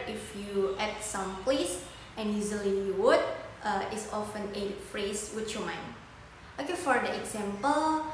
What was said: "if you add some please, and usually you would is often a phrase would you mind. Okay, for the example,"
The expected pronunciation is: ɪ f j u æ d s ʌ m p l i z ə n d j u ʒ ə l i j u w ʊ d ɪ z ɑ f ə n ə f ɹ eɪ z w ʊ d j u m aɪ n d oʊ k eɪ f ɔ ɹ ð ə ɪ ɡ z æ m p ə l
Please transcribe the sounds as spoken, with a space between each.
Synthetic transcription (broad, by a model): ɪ f j u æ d s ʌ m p l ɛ s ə n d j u z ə l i j u w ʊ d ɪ s ɑ f ə n ə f ɹ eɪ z w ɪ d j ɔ m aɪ n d oʊ k eɪ f ɔ ɹ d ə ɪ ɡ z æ m p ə l